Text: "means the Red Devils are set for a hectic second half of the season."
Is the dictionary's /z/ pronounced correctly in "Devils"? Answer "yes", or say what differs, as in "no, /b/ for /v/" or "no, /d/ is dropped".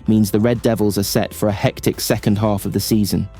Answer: yes